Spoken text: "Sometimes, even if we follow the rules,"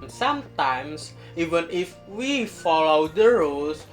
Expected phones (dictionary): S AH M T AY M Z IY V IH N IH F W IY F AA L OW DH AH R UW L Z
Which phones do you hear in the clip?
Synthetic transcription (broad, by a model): S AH M T AY M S IY V IH N IH F W IY F AA L OW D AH R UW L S